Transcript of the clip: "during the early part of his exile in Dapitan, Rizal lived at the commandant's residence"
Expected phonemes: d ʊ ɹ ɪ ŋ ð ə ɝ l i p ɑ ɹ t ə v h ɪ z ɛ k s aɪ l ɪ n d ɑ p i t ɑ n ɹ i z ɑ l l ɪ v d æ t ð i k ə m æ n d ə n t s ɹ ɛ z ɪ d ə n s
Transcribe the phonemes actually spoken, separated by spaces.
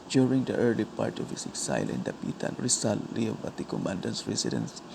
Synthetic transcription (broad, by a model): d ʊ ɹ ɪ ŋ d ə ɝ l i p ɑ ɹ t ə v h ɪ s ɛ k s aɪ l ɪ n d ɑ p i t ɑ n ɹ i s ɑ l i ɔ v ɑ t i k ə m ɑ n d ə n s ɹ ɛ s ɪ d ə n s